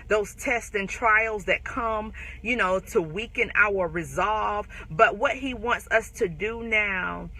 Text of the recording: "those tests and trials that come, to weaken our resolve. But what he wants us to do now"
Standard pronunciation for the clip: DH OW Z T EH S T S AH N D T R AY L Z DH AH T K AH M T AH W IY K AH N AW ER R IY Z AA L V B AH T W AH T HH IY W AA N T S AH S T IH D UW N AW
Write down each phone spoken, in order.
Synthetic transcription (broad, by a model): DH OW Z T EH S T AH N T R AY L Z DH AH T K AH M T AH W IY K AH N AW ER R IY Z AA L V B AH T W AH T HH IY W AA N T S AH S T IH D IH N AW